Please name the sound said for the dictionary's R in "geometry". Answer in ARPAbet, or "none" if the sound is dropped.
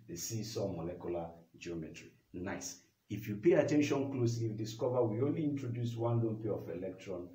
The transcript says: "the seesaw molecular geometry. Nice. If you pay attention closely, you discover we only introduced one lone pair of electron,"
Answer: R